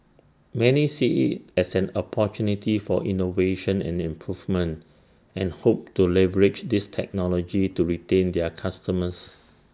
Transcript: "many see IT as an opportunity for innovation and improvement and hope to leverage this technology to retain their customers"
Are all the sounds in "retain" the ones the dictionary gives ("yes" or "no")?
yes